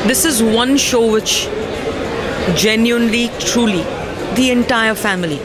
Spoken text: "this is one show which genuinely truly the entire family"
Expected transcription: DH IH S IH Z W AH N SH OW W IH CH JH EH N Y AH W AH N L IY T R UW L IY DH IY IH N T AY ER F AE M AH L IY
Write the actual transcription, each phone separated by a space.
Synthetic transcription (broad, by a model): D IH S IH Z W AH N SH OW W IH CH JH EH N Y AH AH N L IY T R UW L IY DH IY IH N T AY ER F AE M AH L IY